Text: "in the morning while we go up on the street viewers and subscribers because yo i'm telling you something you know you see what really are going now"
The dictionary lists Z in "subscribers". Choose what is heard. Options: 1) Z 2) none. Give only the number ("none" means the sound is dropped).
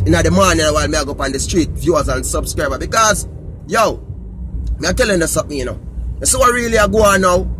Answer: 2